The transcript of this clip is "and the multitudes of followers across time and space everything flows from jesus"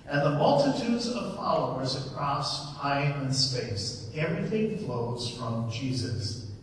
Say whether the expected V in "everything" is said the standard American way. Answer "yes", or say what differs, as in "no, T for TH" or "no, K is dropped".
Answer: yes